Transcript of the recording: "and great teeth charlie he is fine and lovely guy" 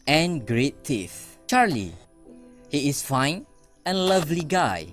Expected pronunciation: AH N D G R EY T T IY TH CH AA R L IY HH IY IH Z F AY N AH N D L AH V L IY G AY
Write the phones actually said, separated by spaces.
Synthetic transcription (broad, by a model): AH N G R EY T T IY F CH AA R L IY HH IY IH S F AY N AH N L AH V L IY G AY